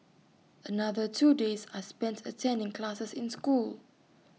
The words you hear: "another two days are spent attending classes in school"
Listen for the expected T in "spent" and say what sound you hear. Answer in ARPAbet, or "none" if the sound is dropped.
T